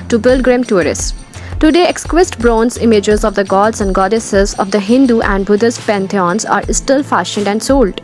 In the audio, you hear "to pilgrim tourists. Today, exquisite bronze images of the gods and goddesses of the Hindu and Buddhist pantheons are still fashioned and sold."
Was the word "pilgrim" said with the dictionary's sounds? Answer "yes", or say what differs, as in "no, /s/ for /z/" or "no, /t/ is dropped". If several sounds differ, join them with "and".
no, /b/ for /p/